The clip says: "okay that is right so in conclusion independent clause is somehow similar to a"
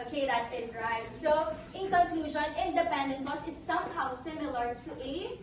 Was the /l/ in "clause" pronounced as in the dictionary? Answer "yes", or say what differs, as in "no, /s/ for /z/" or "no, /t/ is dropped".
no, /l/ is dropped